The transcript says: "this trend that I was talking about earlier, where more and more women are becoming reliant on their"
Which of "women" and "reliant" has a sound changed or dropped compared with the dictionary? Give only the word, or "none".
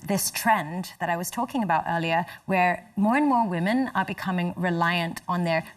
none